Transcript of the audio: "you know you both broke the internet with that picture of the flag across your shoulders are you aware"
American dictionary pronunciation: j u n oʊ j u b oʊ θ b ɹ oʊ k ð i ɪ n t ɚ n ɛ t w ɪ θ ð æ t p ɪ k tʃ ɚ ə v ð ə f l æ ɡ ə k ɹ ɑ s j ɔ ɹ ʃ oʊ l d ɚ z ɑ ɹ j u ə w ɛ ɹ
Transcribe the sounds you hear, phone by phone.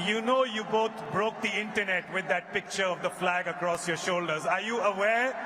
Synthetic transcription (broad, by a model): j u n oʊ j u b oʊ t b ɹ oʊ k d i ɪ n t ɚ n ɛ t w ɪ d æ t p ɪ k tʃ ɚ ə v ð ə f l æ ɡ ə k ɹ ɑ s j ɔ ɹ ʃ oʊ l d ɚ z ɑ ɹ j u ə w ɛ ɹ